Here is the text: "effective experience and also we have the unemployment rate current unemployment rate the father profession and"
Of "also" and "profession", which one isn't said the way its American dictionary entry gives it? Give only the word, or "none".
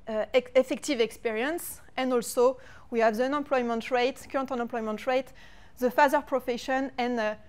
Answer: none